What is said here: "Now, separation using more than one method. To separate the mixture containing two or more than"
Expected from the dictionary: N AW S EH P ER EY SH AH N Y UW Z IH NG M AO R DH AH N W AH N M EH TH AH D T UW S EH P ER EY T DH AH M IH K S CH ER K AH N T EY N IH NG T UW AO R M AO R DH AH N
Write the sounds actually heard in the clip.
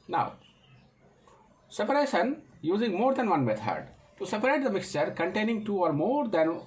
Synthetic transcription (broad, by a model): N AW S EH P ER EY SH AH N Y UW Z IH NG M AO R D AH N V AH N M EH T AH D T UW S EH P ER EY T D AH M IH K S CH ER K AH N T EY N IH NG T UW AO R M AO R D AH N